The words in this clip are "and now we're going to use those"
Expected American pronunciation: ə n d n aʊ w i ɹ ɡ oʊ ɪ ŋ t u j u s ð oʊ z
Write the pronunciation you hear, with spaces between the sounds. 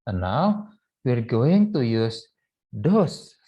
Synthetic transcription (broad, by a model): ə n n aʊ w i ɹ ɡ oʊ ɪ ŋ t u j u s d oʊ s